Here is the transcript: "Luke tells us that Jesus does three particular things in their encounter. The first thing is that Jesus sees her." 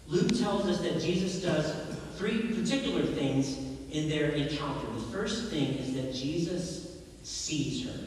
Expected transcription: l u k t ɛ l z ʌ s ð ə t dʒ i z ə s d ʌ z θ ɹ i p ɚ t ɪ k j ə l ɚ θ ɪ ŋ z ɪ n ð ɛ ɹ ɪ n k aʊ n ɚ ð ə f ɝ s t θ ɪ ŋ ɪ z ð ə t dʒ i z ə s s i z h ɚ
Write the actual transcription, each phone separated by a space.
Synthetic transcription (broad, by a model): l u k t ɛ l z ʌ s ð ə t dʒ i z ə s d ʌ z θ ɹ i p ɚ t ɪ k j l ɚ θ ɪ ŋ z ɪ n ð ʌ ɹ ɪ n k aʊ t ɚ ð ə f ɝ s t θ ɪ ŋ ɪ z ð ə t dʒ i z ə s s i z h ɚ